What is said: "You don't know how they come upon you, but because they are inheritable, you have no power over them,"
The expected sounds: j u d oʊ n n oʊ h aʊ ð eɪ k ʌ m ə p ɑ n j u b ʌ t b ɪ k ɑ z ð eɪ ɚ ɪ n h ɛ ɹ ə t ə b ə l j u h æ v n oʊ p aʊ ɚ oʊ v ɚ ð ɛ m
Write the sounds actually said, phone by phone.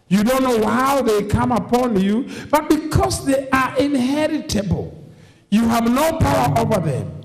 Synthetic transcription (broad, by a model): j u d oʊ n n oʊ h aʊ ð eɪ k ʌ m ə p ɑ n j u b ʌ t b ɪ k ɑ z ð eɪ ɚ ɪ n h ɛ ɹ ə t ə b ə l j u h æ v n oʊ p aʊ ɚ oʊ v ɚ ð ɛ m